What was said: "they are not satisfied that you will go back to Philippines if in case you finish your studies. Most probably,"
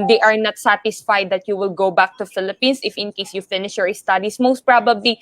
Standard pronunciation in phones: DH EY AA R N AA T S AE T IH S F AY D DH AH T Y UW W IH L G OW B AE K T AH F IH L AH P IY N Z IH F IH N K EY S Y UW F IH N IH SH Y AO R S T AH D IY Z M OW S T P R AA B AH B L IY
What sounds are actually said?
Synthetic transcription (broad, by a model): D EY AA R N AA T S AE T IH S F AY D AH T Y UW W IH L G OW B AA K T AH F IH L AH P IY N S IH F IH N K EY S Y UW F IH N IH SH Y AO R S T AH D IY S M OW S T P R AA B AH B L IY